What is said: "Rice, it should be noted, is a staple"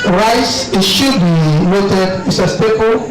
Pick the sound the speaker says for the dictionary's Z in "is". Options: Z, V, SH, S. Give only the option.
S